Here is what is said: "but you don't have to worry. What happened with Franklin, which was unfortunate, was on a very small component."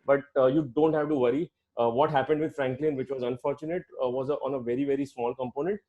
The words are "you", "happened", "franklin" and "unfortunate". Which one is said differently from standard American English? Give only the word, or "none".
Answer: none